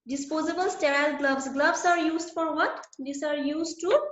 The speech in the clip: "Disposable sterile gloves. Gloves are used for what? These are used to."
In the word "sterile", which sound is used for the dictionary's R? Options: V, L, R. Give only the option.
R